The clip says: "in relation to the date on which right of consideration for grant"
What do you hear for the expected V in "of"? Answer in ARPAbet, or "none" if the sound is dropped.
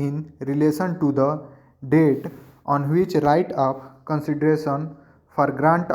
P